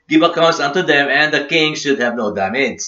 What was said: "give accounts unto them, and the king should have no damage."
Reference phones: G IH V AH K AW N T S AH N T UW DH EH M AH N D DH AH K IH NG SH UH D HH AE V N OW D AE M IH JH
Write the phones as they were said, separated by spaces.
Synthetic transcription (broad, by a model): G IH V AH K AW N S AH N T UW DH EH M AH N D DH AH K IH NG SH UH D HH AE V N OW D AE M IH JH